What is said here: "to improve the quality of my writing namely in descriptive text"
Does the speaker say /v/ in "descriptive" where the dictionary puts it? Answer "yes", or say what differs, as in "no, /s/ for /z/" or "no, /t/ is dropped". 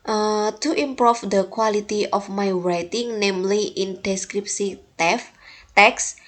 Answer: no, /f/ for /v/